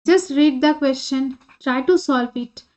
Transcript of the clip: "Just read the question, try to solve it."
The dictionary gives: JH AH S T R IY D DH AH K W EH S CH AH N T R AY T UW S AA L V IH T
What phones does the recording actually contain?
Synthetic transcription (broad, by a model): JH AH S T R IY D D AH K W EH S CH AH N T R AY T UW S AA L F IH T